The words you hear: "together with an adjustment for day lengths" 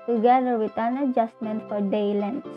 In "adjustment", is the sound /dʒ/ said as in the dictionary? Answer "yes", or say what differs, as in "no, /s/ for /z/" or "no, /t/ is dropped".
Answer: yes